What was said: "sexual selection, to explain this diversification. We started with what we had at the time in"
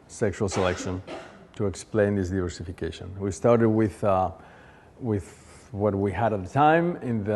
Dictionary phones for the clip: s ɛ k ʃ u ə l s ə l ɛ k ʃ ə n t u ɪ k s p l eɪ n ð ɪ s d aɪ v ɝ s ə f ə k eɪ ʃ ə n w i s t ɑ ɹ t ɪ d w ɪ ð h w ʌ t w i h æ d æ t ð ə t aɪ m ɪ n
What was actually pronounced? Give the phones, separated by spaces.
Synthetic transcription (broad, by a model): s ɛ k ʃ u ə l s ə l ɛ k ʃ ə n t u ɪ k s p l eɪ n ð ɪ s d aɪ v ɝ s ə f ə k eɪ ʃ ə n w i s t ɑ ɹ t ɪ d w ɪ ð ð w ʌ t w i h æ d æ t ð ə t aɪ m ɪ n